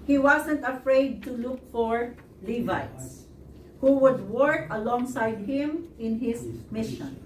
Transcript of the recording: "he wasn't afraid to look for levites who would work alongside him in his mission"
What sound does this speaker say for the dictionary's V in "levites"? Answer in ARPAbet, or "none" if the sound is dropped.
V